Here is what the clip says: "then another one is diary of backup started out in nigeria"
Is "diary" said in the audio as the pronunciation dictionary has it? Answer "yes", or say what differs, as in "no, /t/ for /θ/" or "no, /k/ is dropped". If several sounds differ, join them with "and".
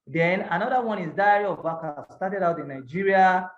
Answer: no, /ɹ/ is dropped